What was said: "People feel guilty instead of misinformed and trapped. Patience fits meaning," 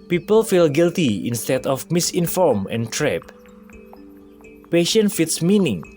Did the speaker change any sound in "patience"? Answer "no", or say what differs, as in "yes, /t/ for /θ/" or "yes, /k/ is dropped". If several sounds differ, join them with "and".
yes, /s/ is dropped